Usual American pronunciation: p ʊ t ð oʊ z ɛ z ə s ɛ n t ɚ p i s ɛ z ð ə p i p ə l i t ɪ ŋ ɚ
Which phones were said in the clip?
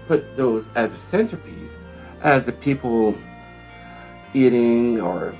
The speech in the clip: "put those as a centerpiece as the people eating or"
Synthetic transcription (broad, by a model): p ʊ t ð oʊ z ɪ z ə s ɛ n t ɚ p i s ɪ z ð ə p i p l i t ɪ ŋ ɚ